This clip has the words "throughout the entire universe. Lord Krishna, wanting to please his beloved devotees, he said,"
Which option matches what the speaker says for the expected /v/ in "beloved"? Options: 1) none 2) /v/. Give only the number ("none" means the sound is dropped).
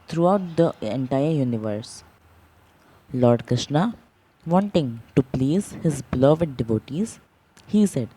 2